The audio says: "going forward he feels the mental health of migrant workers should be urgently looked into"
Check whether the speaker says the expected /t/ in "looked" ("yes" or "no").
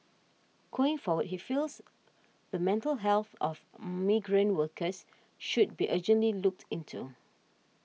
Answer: yes